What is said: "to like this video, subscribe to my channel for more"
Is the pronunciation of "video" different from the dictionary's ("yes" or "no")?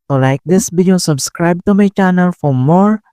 yes